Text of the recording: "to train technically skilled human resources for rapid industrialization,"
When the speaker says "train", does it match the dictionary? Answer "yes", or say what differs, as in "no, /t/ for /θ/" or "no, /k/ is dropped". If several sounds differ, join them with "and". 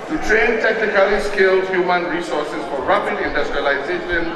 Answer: yes